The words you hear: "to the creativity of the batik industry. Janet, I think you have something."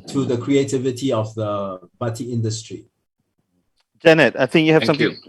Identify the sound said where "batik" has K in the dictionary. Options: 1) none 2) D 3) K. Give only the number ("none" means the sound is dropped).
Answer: 1